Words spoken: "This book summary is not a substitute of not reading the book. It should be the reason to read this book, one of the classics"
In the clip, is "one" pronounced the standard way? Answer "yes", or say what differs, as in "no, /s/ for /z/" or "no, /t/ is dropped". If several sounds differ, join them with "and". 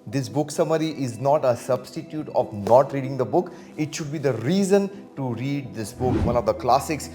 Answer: no, /l/ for /n/